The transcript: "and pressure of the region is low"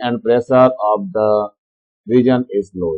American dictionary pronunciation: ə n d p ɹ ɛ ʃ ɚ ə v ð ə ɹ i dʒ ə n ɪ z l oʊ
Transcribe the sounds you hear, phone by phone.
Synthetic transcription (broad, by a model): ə n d p ɹ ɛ s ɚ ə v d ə ɹ i dʒ ə n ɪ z l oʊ